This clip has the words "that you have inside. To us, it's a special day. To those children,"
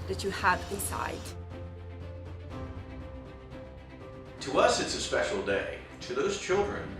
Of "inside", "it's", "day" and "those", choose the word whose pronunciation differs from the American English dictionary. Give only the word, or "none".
inside